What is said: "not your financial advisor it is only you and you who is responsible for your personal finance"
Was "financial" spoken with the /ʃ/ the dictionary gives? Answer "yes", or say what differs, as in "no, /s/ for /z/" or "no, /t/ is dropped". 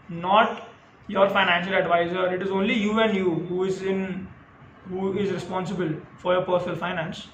yes